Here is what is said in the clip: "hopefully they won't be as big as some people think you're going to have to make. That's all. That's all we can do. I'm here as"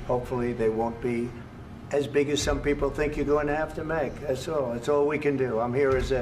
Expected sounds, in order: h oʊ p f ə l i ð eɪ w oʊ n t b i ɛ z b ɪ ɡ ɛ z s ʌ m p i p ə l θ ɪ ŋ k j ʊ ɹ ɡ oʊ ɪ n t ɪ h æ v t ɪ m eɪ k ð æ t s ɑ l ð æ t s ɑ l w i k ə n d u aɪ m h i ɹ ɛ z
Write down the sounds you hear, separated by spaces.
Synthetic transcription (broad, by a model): h oʊ p f l i ð eɪ w oʊ n b i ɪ z b ɪ ɡ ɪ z s ʌ m p i p l θ ɪ ŋ k j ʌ ɹ ɡ oʊ ɪ n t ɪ h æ f t ɪ m eɪ k ð æ t s ɑ l ð æ t s ɑ l w i k ə n d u aɪ m h i ɹ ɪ z